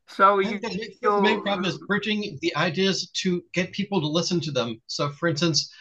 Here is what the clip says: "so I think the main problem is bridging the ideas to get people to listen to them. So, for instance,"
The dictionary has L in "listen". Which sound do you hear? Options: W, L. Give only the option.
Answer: L